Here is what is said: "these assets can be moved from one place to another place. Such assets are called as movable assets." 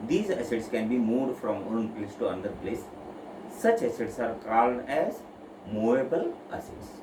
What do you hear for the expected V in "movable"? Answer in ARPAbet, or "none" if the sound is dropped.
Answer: none